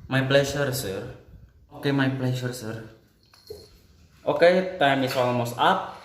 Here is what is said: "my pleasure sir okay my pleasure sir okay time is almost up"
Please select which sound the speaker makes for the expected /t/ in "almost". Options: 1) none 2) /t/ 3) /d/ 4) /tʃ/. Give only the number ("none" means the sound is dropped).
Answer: 1